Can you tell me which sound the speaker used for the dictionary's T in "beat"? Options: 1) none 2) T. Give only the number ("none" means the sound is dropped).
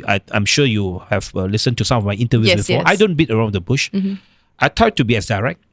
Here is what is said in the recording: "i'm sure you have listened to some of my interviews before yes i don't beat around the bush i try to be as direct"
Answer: 2